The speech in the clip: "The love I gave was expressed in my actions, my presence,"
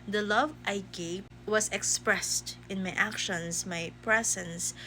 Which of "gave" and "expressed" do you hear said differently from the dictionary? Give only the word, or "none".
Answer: gave